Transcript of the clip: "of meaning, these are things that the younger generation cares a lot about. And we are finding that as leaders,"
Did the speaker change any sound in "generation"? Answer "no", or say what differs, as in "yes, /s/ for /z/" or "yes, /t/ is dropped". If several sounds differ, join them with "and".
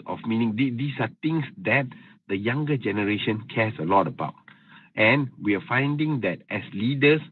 no